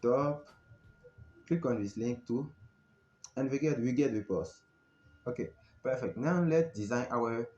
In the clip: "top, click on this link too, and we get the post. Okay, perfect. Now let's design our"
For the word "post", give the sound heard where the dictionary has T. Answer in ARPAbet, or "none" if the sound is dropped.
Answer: none